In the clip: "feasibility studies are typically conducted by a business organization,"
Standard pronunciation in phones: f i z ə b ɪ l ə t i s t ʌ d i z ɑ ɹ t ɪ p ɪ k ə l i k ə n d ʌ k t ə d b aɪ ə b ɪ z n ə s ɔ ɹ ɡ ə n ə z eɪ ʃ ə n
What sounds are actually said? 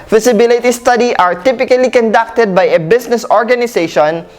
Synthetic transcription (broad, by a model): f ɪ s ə b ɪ l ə t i s t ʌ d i ɑ ɹ t ɪ p ɪ k ə l i k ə n d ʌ k t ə d b aɪ ə b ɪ s n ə s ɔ ɹ ɡ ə n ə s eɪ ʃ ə n